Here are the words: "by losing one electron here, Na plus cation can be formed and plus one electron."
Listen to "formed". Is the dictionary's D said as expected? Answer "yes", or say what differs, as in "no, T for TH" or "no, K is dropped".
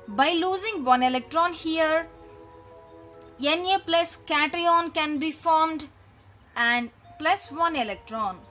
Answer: yes